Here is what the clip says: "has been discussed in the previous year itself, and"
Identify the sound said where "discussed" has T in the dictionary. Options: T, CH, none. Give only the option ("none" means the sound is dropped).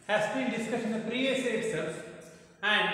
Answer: none